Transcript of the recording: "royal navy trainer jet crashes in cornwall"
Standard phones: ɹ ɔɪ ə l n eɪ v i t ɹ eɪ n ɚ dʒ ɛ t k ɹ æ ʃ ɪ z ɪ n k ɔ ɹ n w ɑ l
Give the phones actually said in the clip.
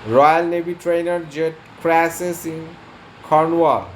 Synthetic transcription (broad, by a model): ɹ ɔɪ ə l n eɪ b i t ɹ eɪ n ɚ dʒ ɛ t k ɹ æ s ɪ s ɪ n k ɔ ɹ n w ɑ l